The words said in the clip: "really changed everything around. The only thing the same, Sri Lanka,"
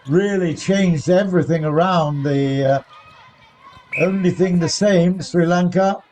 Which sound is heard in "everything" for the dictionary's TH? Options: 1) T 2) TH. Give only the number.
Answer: 2